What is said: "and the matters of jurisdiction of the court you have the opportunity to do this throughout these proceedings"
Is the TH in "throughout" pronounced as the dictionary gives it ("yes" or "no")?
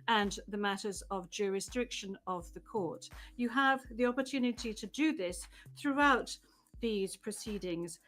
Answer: yes